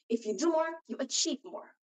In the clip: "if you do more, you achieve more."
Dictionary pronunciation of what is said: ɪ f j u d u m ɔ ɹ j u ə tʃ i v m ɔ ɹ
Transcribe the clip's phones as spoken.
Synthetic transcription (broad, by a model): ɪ f j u d u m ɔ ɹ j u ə tʃ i p m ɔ ɹ